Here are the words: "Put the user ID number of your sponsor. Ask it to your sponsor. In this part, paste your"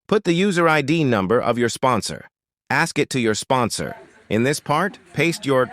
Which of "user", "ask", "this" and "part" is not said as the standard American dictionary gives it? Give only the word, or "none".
none